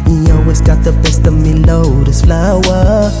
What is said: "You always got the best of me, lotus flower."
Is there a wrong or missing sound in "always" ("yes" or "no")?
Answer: yes